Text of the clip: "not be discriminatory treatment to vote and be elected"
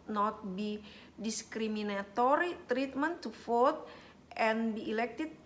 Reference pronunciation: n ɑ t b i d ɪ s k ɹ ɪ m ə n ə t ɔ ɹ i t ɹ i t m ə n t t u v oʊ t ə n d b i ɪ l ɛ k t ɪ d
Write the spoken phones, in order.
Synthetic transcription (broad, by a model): n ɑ t b i d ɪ s k ɹ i m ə n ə t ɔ ɹ i t ɹ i t m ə n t t u f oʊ t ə n b i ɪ l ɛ k t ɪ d